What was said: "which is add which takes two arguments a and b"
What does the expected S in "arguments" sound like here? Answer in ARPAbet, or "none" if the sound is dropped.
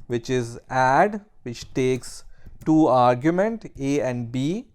none